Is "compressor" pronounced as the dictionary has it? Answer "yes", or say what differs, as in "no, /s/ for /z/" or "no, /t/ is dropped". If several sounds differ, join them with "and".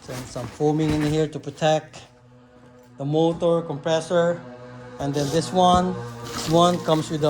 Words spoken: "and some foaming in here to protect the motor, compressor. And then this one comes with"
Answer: yes